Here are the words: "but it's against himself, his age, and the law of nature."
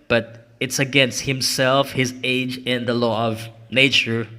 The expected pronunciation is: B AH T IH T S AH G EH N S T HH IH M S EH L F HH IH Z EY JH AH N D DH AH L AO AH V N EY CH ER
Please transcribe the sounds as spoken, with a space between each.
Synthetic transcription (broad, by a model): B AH T IH T S AH G EH N S T HH IH M S EH L F HH IH Z EY JH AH N DH AH L AO AH V N EY CH ER